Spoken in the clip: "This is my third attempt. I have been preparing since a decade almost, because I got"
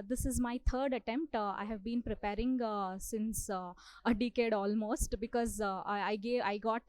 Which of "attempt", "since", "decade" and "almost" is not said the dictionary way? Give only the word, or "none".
none